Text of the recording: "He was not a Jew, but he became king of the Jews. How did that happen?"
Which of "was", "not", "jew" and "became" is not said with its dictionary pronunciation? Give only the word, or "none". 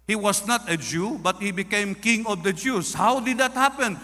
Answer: was